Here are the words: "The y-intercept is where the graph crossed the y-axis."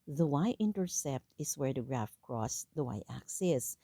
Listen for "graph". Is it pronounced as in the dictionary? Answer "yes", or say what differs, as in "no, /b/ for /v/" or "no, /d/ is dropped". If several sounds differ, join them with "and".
yes